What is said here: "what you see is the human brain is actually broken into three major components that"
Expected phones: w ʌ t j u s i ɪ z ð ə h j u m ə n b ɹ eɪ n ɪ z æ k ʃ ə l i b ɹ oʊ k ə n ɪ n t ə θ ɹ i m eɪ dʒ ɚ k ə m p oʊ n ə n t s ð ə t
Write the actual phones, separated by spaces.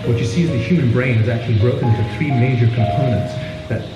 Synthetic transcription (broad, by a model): w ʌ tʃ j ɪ s i ɪ z ð ə h j u m ə n b ɹ eɪ n ɪ z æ k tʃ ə l i b ɹ oʊ ə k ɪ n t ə θ ɹ i m eɪ dʒ ɚ k ə m p oʊ n ə n t s ð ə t